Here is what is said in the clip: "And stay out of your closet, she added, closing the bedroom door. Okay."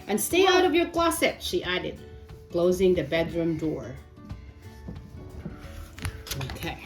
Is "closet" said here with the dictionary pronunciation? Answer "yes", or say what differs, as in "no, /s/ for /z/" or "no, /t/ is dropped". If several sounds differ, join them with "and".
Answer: no, /s/ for /z/